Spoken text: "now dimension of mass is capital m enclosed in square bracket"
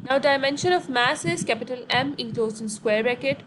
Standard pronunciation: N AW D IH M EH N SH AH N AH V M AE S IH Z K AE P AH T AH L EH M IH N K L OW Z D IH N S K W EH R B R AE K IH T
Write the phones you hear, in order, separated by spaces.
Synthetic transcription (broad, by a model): N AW D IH M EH N SH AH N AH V M AE S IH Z K AE P AH T AH L EH M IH K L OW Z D IH N S K W EH R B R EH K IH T